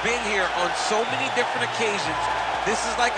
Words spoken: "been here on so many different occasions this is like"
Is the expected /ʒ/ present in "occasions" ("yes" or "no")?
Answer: yes